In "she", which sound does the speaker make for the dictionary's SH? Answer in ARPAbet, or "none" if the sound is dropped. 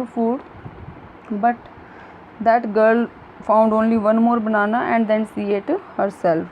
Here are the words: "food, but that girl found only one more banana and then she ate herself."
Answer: S